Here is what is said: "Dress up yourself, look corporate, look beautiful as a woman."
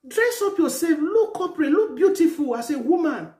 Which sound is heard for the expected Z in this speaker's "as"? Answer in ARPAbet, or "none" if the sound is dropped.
S